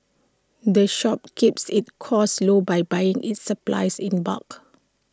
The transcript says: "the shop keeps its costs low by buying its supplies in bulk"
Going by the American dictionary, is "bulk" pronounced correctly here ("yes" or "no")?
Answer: no